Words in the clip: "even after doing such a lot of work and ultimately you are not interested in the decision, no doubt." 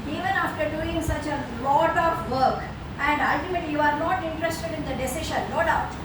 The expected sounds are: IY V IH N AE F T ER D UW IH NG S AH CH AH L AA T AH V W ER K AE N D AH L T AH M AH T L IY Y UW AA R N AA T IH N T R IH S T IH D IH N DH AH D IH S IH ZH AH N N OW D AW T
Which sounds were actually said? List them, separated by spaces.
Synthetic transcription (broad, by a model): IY V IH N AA F T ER D UW IH NG S AH CH AH L AA T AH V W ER K AE N D AH L T AH M AH T L IY Y UW AA R N AA T IH N T R IH S T IH D IH N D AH D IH S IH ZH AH N L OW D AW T